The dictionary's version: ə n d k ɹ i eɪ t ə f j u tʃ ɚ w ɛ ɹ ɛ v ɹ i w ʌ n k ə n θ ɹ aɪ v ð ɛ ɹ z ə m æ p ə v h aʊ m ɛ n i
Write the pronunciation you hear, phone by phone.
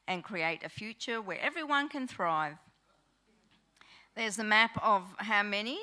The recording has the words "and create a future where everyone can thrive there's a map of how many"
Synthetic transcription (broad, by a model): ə n k ɹ i eɪ t ə f j u tʃ ɚ w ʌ ɹ ɛ v ɹ i w ʌ n k ə n θ ɹ aɪ v ð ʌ ɹ z ə m æ p ə v h aʊ m ɛ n i